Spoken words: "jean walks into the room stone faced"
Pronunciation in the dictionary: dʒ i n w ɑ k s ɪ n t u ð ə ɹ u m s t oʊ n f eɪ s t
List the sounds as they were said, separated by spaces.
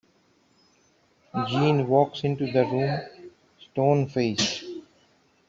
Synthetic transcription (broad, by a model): dʒ i n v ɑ k s ɪ n t u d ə ɹ u m s t oʊ n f eɪ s